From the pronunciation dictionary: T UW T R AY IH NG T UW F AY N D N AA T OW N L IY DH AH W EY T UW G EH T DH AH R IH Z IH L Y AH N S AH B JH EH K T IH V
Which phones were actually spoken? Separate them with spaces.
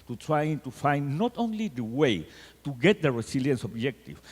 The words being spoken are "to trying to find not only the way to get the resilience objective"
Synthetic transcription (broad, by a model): T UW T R AY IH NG T UW F AY N D N AA T OW N L IY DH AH W EY T UW G EH T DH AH R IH S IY L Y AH N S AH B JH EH K T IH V